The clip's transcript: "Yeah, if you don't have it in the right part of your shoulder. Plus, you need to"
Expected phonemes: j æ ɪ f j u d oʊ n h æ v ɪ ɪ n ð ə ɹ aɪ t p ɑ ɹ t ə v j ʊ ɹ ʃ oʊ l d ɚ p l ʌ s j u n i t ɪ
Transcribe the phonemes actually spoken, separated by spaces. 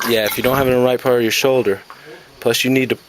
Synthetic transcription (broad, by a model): j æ ɪ f j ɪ d oʊ n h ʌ v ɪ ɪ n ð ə ɹ aɪ t p ɑ ɹ t ə v j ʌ ɹ ʃ oʊ l d ɚ p l ʌ s j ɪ n i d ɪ